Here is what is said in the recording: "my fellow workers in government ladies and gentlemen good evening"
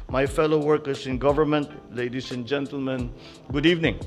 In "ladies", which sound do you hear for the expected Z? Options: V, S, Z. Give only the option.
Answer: S